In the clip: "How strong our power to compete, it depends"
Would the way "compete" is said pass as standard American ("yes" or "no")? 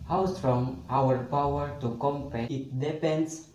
no